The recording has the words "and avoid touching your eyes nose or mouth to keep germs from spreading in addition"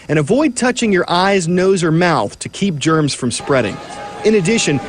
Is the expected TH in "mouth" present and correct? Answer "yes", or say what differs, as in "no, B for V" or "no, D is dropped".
yes